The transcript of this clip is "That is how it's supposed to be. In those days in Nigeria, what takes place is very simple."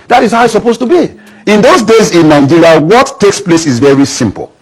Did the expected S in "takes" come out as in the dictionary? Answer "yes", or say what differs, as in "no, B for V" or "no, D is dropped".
yes